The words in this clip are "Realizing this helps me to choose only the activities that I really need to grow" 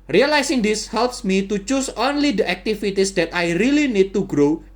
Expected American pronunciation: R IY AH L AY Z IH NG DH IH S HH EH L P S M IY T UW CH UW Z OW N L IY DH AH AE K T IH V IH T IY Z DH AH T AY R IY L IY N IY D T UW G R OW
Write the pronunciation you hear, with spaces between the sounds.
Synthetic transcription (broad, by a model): R IY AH L AY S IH NG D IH S HH EH L P S M IY T UW CH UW S OW N L IY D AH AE K T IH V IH T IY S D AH T AY R IY L IY N IY D T UW G R OW